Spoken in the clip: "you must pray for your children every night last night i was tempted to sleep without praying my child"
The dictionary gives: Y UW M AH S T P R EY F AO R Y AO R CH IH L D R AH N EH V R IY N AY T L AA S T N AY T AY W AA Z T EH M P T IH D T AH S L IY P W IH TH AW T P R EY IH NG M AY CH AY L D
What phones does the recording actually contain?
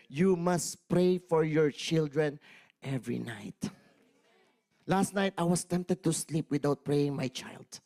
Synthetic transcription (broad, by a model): Y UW M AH S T P R EY F AO R Y AO R CH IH L D R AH N EH V R IY N AY T L AA S T N AY T AY W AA S T EH M P T IH D T AH S L IY P W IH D AW T P R EY IH NG M AY CH AY L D